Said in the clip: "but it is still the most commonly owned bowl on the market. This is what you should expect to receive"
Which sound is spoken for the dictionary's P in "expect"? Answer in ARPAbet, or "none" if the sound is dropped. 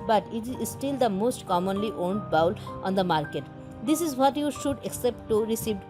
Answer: none